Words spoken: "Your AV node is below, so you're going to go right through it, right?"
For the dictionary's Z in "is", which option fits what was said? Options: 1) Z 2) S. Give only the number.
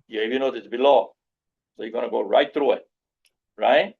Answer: 2